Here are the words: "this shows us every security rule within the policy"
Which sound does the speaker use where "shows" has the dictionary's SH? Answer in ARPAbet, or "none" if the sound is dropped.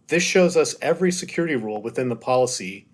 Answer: SH